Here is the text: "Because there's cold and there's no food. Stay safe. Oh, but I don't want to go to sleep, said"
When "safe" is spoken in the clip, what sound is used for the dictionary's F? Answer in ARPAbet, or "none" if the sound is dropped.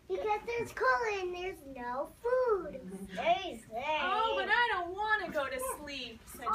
none